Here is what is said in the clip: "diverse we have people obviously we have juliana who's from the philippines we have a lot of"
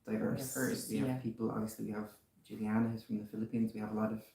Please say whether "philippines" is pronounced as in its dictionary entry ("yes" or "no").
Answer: yes